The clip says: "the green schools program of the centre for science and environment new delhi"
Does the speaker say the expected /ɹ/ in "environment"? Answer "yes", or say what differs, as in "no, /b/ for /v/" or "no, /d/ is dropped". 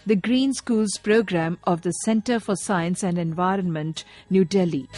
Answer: yes